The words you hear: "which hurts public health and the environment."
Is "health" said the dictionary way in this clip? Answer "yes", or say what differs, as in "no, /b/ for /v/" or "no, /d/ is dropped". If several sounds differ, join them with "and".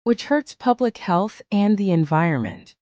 yes